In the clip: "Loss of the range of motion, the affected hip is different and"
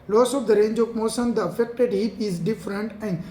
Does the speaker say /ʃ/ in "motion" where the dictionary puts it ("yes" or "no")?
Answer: no